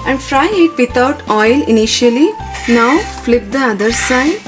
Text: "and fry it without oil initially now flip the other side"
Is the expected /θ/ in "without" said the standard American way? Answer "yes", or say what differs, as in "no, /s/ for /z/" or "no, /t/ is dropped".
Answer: no, /t/ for /θ/